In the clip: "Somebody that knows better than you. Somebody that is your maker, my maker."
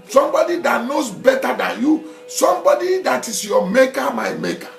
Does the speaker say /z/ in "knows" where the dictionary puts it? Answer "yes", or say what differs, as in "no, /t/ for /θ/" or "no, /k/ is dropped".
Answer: no, /s/ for /z/